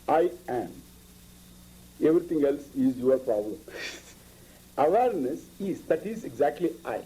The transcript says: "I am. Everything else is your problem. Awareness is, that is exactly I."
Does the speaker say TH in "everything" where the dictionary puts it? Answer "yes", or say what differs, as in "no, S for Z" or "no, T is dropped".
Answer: no, T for TH